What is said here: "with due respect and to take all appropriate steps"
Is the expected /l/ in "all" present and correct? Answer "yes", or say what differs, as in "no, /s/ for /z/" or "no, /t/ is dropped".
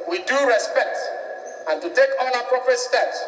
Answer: no, /n/ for /l/